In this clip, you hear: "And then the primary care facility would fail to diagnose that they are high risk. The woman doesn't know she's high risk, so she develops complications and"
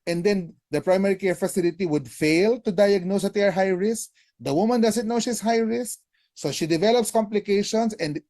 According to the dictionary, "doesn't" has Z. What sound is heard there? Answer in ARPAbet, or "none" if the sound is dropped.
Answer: S